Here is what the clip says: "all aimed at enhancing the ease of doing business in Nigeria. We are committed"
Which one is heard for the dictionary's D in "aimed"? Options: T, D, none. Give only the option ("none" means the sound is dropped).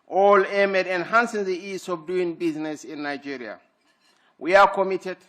none